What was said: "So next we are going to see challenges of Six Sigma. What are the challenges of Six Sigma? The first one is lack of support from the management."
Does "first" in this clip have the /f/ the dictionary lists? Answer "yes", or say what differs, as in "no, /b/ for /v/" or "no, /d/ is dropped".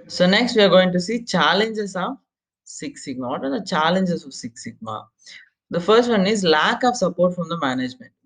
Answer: yes